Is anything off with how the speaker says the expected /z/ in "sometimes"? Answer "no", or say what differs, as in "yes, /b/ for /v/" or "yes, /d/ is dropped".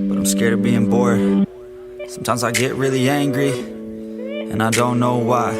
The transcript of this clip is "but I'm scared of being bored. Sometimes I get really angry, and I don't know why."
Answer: no